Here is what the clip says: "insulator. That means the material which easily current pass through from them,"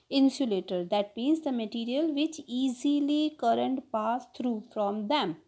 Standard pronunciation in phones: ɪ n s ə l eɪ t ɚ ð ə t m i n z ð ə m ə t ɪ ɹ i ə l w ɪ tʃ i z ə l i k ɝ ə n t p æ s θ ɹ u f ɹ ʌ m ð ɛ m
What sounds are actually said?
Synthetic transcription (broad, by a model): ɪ n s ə l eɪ t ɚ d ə t m i n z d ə m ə t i ɹ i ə l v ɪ tʃ i z ə l i k ɝ ə n t p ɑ s t ɹ u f ɹ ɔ m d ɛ m